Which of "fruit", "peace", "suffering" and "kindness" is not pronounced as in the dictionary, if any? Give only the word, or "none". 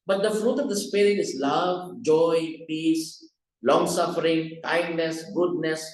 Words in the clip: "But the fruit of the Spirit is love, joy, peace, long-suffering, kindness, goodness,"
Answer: none